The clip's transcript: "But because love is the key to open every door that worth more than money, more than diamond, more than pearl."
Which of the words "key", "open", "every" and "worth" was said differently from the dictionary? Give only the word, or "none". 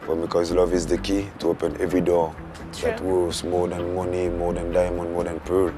worth